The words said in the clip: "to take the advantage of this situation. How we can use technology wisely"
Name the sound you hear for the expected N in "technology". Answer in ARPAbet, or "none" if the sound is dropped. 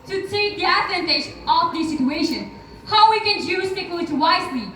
none